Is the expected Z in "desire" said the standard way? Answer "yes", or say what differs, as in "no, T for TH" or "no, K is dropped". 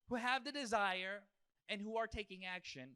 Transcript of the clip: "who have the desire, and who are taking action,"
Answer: yes